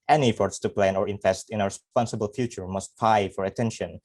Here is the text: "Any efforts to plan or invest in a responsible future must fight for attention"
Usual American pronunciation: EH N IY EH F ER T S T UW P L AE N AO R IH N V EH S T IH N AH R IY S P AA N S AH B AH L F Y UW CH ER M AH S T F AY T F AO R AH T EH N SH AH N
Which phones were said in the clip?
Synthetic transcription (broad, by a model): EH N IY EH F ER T S T UW P L AE N AO R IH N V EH S T IH N AH R S P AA N S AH B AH L F Y UW CH ER M AH S T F AY F AO R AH T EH N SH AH N